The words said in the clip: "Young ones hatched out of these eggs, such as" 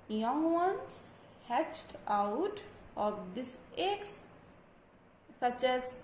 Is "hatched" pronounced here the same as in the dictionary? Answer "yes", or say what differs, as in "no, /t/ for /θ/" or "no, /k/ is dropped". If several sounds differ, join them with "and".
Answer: yes